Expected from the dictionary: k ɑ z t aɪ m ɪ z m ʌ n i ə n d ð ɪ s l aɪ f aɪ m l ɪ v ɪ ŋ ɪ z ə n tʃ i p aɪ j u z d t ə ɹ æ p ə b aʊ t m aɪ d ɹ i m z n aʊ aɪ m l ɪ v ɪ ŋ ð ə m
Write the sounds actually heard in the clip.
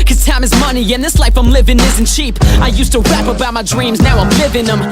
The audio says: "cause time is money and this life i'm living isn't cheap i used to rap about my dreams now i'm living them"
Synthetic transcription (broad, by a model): k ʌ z t aɪ m ɪ z m ʌ n i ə n ð ɪ s l aɪ f aɪ m l ɪ v ɪ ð ɪ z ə n tʃ i p aɪ j u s t ə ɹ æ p ə b aʊ t m aɪ d ɹ i m z n aʊ aɪ m l ɪ v ɪ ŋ ð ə m